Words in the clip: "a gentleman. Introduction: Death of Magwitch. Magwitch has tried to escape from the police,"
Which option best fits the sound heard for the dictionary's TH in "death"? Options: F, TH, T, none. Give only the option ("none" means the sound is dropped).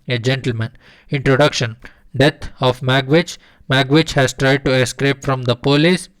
T